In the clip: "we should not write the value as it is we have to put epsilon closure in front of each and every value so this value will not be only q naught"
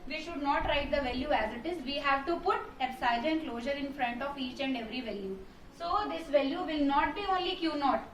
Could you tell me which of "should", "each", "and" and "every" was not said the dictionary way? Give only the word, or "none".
none